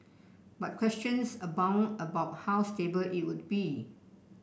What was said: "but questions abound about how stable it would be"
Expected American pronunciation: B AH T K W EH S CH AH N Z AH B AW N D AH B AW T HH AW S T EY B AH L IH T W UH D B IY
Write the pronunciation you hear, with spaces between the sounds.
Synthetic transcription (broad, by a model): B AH T K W EH S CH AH N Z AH B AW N AH B AW T HH AW S T EY B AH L IH T W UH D B IY